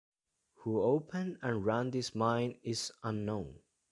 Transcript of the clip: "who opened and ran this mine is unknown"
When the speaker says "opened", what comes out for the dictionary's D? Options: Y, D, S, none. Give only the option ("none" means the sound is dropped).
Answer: none